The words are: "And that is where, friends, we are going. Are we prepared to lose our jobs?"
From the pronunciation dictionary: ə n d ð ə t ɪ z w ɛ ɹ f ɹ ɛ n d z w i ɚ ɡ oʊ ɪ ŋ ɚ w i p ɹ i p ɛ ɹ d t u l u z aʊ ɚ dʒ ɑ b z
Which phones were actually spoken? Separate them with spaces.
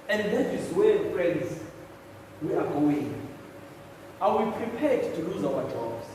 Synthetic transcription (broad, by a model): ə n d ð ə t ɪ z w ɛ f ɹ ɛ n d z w i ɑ ɡ oʊ ɪ ŋ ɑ w i p ɹ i p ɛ d t u l u z aʊ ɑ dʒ ɑ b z